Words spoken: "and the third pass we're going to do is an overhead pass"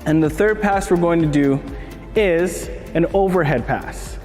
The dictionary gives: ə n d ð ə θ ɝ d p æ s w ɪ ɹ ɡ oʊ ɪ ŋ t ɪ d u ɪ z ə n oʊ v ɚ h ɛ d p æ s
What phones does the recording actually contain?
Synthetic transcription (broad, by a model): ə n ð ə θ ɝ d p æ s w ɪ ɹ ɡ oʊ ɪ ŋ t ɪ d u ɪ z ə n oʊ v ɚ h ɛ d p æ s